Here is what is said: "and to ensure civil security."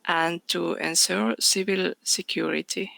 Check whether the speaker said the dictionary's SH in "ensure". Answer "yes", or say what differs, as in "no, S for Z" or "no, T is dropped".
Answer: no, S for SH